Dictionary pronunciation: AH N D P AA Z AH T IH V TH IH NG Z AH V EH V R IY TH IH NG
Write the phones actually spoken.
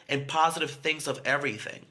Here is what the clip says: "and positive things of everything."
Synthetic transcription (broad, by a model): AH N P AA Z AH T IH V TH IH NG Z AH V EH V R IY TH IH NG